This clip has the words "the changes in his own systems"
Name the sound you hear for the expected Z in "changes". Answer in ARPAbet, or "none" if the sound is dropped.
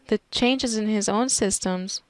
Z